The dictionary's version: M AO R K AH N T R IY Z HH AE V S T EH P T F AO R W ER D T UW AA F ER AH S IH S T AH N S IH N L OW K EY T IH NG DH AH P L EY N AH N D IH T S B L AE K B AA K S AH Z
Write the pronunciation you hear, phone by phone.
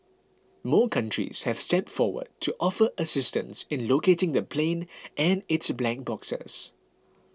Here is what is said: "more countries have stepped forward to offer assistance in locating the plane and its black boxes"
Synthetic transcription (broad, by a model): M AO K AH N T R IY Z HH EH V S T EH T F AO W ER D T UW AA F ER AH S IH S T AH N S IH N L OW K EY T IH NG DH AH P L EY N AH N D IH T S B L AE K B AA K S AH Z